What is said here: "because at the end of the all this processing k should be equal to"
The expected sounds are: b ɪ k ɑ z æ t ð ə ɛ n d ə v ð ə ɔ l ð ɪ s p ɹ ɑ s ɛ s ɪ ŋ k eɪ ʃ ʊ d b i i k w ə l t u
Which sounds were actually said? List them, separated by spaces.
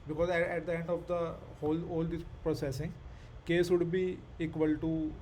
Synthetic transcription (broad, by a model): b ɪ k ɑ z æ t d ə ɛ n d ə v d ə ɔ l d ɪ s p ɹ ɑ s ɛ s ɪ ŋ k eɪ s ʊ d b i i k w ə l t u